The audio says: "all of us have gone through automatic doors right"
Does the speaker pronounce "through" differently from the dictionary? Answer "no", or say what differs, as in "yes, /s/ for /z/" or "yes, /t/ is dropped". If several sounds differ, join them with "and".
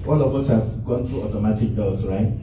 yes, /t/ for /θ/